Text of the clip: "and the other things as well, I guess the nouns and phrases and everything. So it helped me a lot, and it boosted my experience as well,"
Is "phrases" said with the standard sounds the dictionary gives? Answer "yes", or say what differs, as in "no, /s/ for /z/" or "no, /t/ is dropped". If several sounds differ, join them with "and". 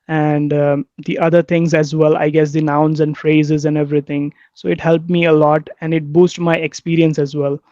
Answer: yes